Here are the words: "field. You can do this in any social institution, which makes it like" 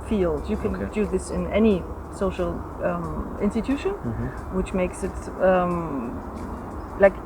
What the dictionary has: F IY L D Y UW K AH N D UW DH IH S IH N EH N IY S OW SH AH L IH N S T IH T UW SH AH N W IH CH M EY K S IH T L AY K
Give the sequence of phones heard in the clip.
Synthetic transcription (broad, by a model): F IY L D Y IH K AH N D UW DH IH S IH N EH N IY S OW SH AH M IH N S T IH T UW SH AH N W IH CH M EY K S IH T L AY K